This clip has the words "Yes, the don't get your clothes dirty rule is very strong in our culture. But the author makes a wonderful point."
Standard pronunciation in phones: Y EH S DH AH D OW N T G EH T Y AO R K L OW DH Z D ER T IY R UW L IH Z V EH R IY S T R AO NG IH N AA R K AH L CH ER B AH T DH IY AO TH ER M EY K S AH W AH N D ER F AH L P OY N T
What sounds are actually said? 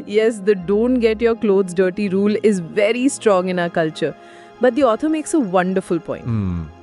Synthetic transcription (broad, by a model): Y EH S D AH D OW N T G EH T Y AO R K L OW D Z D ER T IY R UW L IH Z V EH R IY S T R AO NG IH N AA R K AH L CH ER B AH T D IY AO T ER M EY K S AH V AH N D ER F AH L P OY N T